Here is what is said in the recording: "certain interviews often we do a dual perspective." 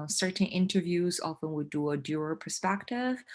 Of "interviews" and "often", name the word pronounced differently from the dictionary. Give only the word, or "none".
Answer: none